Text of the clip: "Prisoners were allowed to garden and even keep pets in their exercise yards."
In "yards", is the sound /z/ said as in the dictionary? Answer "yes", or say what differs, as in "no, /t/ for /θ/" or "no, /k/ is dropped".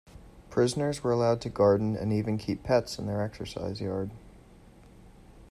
no, /z/ is dropped